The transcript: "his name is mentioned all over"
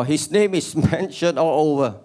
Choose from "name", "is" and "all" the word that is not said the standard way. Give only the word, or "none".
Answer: is